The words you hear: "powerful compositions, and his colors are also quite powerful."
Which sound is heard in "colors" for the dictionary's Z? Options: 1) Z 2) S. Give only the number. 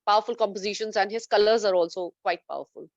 1